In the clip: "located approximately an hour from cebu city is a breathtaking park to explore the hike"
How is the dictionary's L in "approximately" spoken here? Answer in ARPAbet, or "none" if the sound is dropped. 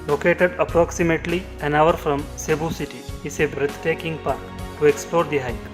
L